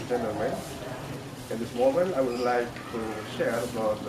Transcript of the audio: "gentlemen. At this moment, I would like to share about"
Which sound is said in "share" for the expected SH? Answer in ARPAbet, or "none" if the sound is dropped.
SH